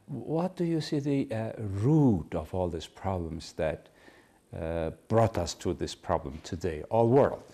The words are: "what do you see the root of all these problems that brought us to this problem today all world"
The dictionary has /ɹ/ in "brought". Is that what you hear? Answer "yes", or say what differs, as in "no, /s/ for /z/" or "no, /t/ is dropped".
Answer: yes